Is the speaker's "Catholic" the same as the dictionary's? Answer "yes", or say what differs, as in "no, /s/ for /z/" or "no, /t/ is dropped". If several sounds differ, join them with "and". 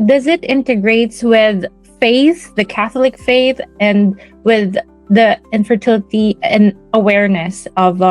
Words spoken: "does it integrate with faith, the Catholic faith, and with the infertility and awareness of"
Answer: yes